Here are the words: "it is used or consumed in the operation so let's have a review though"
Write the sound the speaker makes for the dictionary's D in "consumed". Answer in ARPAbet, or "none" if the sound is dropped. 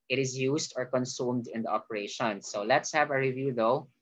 D